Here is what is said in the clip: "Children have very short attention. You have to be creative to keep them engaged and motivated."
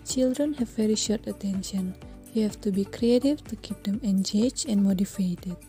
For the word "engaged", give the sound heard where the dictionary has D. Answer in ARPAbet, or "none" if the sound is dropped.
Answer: none